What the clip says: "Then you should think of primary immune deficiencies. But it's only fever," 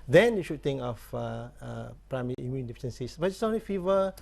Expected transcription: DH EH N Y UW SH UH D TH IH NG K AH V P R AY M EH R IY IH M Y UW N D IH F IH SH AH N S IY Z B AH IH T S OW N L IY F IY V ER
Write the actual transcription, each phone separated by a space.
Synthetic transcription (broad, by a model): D EH N Y UW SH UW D T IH NG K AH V P R AY M EH R IY IH M Y UW N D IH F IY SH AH N S IY S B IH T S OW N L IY F IY V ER